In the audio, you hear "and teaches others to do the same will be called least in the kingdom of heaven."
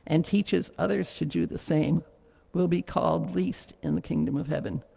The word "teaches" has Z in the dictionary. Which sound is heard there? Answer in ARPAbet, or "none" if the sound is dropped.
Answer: Z